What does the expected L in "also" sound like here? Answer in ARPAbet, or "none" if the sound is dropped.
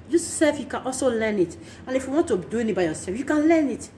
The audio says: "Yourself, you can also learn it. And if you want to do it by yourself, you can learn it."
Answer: L